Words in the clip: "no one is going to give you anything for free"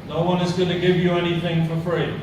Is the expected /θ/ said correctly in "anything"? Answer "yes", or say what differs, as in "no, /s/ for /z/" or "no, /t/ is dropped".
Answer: yes